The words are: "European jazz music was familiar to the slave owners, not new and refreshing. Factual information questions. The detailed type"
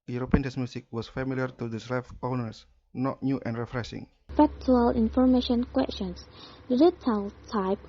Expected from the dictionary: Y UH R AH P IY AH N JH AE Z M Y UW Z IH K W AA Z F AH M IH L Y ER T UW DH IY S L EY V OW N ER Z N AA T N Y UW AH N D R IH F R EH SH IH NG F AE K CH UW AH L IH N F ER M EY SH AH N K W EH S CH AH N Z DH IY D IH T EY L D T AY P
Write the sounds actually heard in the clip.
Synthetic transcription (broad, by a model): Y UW R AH P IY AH N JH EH S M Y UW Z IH K W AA S F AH M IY L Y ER T UW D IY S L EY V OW N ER S N AA T N Y UW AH N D R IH F R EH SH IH NG F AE K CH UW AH L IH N F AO M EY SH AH N K W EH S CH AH N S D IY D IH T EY L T AY P